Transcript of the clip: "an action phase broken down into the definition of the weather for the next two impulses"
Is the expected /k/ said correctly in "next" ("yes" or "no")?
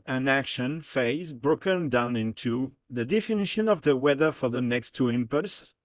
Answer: yes